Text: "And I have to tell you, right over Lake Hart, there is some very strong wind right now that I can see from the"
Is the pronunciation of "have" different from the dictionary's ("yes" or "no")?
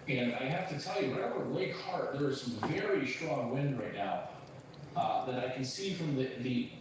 yes